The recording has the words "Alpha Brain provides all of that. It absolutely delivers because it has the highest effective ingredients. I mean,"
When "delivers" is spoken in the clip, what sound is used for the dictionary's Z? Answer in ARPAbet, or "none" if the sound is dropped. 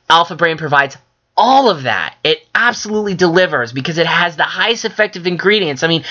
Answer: Z